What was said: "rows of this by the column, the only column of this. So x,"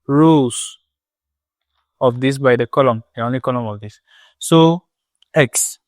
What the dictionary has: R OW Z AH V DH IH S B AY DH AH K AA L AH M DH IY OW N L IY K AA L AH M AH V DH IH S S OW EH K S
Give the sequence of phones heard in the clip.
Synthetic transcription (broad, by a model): R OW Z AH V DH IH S B AY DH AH K AA L AH M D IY OW N L IY K AA L AH M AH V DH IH S S OW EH K S